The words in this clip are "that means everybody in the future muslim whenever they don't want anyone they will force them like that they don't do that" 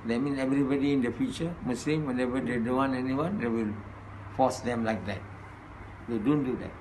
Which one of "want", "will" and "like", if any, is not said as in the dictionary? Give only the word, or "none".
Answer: want